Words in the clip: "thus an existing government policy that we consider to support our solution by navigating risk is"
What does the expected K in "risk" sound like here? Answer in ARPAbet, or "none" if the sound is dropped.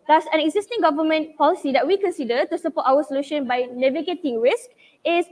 K